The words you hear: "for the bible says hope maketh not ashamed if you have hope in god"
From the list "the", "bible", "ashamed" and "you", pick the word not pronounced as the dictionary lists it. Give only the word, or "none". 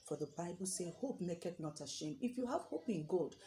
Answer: ashamed